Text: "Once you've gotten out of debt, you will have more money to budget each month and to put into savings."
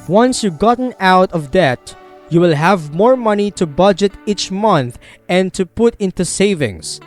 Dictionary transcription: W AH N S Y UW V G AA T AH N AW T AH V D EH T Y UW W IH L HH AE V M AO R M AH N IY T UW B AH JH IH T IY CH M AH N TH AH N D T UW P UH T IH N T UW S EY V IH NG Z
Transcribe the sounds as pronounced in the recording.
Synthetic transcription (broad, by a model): W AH N S Y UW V G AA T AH N AW T AH V D EH T Y UW W IH L HH AE V M AO R M AH N IY T UW B AH JH IH T IY CH M AH N TH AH N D T UW P UH T IH N T UW S EY V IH NG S